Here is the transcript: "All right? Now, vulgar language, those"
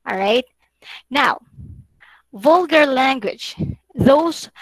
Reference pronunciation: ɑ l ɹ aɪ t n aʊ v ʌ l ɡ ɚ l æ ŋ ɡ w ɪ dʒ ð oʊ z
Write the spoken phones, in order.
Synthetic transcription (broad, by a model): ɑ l ɹ aɪ t n aʊ v ʌ l ɡ ɚ l æ ŋ ɡ w ɪ dʒ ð oʊ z